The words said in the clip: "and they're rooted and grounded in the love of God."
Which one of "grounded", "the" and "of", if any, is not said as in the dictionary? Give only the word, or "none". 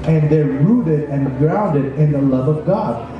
none